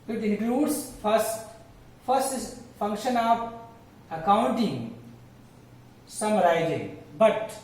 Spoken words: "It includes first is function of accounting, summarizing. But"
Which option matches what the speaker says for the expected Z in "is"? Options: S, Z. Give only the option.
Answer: S